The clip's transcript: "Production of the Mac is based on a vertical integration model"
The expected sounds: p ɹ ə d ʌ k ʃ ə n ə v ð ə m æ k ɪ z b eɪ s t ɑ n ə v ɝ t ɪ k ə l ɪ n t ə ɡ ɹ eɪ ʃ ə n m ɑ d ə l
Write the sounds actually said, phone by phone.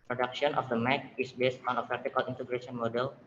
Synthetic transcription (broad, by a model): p ɹ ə d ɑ k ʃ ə n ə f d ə m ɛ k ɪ s b eɪ s t ɑ n ə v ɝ t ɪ k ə l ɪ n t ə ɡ ɹ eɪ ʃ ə n m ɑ d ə l